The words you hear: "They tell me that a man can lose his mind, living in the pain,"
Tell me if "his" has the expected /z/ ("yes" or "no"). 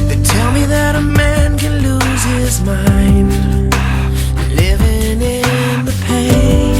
yes